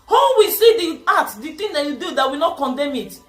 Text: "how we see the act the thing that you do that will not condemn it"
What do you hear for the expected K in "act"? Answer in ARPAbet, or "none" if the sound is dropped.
none